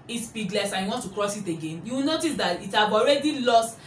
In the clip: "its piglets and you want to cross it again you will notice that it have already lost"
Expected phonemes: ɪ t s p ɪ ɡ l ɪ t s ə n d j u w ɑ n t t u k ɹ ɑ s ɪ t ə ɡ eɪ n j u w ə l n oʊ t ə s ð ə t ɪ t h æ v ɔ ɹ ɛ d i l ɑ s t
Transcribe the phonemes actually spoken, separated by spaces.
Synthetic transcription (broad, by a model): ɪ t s b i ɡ l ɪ s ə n j u w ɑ n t t u k ɹ ɑ s ɪ t ə ɡ eɪ n j u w n oʊ t ə s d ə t ɪ t h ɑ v ɔ ɹ ɛ d i l ɑ s t